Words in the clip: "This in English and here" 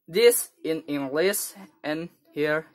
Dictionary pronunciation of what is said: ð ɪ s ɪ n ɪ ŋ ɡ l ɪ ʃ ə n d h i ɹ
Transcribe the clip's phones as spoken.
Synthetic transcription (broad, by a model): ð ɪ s ɪ n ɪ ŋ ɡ l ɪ s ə n h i ɹ